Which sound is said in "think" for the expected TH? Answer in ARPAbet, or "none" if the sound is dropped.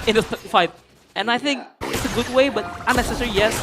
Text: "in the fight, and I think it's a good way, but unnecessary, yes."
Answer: TH